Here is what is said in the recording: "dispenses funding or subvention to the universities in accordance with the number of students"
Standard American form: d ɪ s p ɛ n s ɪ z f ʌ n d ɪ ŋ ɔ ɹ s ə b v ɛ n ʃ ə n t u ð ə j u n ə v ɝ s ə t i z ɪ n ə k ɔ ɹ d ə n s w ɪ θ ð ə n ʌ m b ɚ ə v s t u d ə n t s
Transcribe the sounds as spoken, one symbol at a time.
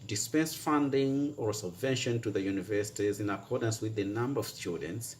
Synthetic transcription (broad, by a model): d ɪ s p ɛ n s f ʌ n d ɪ ŋ ɔ ɹ s ə b v ɛ n ʃ ə n t u ð ə j u n ə v ɝ s ə t i z ɪ n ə k ɔ ɹ d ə n s w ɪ ð ə n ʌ m b ɚ ə v s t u d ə n t s